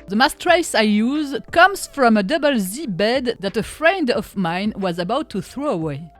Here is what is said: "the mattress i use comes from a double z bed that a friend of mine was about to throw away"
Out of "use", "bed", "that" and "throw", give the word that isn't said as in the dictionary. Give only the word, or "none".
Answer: none